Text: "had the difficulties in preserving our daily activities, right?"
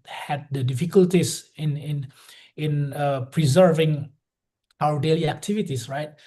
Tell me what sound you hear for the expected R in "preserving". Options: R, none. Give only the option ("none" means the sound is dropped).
R